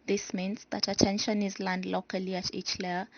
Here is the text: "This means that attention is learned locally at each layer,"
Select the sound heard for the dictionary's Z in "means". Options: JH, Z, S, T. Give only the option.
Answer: S